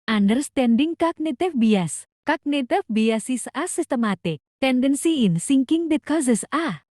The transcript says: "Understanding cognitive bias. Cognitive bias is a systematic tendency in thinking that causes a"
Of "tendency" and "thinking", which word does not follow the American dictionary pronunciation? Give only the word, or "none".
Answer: thinking